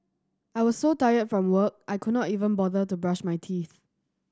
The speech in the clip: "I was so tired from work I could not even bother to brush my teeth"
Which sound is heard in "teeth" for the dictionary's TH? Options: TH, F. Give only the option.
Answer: TH